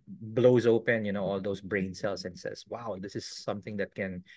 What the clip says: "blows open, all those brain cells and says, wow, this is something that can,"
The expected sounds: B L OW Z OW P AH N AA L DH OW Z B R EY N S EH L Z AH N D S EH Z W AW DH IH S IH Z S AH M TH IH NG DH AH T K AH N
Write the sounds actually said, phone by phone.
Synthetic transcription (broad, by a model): B L OW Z OW P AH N AA L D OW S B R EY N S EH L S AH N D S EH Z W AW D IH S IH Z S AH M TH IH NG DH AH T K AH N